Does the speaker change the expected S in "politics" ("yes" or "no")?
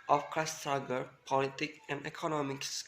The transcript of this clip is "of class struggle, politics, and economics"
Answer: yes